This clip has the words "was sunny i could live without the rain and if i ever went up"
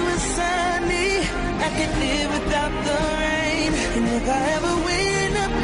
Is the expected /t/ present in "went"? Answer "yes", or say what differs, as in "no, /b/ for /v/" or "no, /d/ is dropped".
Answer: no, /t/ is dropped